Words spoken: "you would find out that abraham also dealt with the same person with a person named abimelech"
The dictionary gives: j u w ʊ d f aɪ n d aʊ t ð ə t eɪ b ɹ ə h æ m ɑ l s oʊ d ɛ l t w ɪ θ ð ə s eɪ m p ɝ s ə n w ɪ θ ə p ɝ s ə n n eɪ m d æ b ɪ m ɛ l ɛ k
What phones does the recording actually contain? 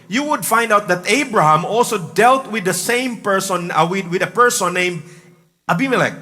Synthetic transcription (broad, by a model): j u w ʊ d f aɪ n d aʊ t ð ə t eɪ b ɹ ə h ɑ m ɑ l s oʊ d ɛ l t w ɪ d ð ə s eɪ m p ɝ s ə n w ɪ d ə p ɝ s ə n n eɪ m d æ b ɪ m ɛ l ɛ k